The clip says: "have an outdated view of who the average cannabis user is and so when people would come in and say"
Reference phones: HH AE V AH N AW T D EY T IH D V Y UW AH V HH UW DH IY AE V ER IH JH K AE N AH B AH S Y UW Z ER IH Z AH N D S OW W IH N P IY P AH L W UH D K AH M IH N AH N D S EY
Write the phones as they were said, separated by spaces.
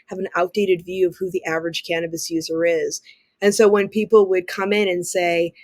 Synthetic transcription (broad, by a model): HH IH V AH N AW T D EY T IH D V Y UW AH V HH UW DH IY AE V ER IH JH K AE N AH B AH S Y UW Z ER IH Z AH N S OW W IH N P IY P L W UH D K AH M IH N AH N S EY